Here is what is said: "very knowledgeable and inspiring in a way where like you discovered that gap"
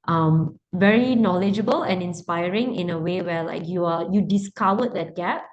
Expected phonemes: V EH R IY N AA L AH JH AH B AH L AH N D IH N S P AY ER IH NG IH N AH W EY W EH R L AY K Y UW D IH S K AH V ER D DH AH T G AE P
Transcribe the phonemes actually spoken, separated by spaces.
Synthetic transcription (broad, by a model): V EH R IY N AA L AH JH AH B AH L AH N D IH N S P AY ER IH NG IH N AH W EY W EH L AY K Y UW D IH S K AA W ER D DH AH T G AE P